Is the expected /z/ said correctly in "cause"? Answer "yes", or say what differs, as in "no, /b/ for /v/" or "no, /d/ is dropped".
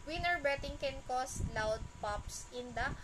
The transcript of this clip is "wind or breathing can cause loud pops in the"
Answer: no, /s/ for /z/